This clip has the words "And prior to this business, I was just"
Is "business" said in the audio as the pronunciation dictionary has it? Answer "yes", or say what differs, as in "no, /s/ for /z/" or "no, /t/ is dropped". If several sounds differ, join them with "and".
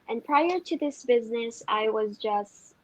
yes